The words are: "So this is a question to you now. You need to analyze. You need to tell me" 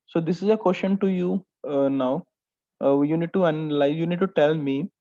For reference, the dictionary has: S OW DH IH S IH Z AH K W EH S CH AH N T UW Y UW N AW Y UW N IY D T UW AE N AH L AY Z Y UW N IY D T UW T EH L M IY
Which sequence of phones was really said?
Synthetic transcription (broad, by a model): S OW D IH S IH Z AH K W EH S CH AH N T UW Y UW N AW Y UW N IY D T UW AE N L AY Y UW N IY D T UW T EH L M IY